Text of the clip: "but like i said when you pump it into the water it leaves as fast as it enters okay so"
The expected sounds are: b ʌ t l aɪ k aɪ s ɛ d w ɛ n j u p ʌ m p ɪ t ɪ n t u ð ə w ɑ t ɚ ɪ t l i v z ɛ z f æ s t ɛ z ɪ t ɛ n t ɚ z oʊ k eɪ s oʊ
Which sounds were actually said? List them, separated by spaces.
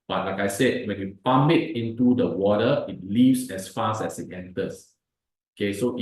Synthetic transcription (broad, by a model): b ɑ t l aɪ k aɪ s ɛ d w ɛ n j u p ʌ m b ɪ t ɪ n t u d ə w ɑ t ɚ ɪ t l i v s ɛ s f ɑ s ɛ s ɪ t ɛ n t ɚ s oʊ k eɪ s oʊ